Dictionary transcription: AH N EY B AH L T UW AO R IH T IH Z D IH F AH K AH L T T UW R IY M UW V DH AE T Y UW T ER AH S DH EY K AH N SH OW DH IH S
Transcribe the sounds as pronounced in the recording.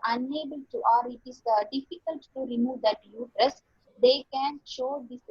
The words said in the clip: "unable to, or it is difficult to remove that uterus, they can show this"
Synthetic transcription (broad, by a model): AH N EY B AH L T UW AO R IH T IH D D IH F AH K AH L T T UW R IY M UW V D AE T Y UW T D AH S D EY K AH N SH OW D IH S